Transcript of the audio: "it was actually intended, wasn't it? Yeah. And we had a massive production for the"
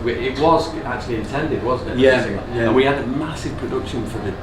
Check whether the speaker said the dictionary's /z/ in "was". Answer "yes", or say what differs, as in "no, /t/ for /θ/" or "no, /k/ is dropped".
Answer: yes